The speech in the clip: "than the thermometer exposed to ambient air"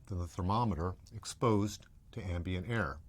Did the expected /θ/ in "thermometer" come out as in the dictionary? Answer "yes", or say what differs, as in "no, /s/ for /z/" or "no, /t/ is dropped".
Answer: yes